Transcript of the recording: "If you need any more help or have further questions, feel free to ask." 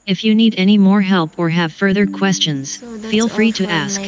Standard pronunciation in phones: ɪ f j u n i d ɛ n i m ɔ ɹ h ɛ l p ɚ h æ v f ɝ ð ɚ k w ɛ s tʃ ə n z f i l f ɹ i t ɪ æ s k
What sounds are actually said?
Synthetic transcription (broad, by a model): ɪ f j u n i d ɛ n i m ɔ ɹ h ɛ l p ɚ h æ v f ɝ ð ɚ k w ɛ s tʃ ə n z f i l f ɹ i t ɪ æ s k